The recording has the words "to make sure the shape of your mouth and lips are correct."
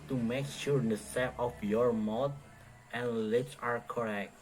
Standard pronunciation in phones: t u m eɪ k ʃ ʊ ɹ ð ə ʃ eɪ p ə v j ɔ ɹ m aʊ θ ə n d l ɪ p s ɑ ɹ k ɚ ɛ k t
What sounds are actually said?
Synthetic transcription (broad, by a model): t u m eɪ k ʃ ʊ ɹ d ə s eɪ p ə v j ɔ ɹ m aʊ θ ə n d l ɪ p s ɑ ɹ k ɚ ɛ k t